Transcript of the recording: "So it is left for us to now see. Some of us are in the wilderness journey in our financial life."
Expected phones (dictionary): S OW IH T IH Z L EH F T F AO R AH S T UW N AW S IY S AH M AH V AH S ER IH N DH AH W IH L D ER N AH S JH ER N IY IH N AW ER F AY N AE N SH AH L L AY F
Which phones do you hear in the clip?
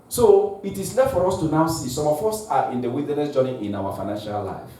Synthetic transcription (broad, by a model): S OW IH T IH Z L EH F T F AO R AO S T UW N AW S IY S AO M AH F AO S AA IH N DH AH W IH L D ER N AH S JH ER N IY IH N AW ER F AY N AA N SH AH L L AY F